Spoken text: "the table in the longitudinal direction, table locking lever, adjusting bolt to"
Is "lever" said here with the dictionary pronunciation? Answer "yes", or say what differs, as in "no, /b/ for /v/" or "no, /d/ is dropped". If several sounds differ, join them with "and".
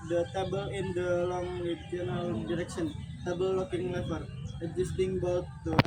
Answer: no, /w/ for /v/